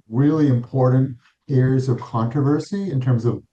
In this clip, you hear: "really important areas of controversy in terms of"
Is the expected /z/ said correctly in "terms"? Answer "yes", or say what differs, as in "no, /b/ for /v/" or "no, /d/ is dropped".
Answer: yes